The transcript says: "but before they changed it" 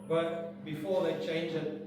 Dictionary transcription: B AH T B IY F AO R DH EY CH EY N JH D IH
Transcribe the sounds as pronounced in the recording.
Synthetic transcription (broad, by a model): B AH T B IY F AO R DH EY CH EY N JH IH